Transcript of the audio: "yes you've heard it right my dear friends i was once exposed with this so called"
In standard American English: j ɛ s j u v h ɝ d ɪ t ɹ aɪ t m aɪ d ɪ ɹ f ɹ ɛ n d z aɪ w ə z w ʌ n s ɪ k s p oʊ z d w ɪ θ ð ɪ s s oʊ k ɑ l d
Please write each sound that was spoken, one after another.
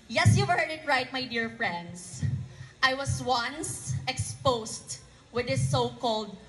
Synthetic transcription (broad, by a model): j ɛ s j u v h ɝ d ɪ t ɹ aɪ t m aɪ d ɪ ɹ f ɹ ɛ n d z aɪ w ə s w ʌ n s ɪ k s p oʊ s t w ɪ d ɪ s s oʊ k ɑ l d